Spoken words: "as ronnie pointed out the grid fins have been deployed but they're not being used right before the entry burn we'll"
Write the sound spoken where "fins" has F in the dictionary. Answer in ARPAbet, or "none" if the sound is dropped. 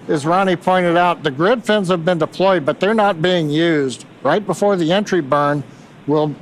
F